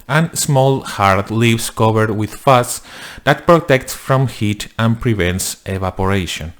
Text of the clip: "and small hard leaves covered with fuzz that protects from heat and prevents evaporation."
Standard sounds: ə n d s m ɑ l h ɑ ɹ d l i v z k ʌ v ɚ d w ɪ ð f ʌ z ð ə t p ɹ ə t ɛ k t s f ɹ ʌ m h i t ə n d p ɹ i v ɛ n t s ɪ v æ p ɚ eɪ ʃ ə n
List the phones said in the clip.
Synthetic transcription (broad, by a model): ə n s m ɑ l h ɑ ɹ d l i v s k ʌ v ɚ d w ɪ ð f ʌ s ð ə t p ɹ ə t ɛ k t s f ɹ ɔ m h i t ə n p ɹ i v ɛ n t s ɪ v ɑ p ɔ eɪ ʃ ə n